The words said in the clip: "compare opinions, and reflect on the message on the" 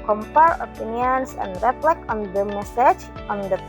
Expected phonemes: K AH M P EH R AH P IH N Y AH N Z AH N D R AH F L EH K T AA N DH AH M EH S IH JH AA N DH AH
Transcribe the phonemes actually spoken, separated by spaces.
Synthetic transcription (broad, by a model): K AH M P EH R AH P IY N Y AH N S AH N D R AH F L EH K AA N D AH M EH S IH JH AA N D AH